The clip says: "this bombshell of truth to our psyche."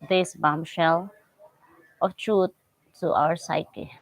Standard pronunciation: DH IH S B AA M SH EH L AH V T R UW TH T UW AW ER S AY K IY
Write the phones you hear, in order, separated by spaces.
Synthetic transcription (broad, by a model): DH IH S B AA M SH EH L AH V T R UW T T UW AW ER S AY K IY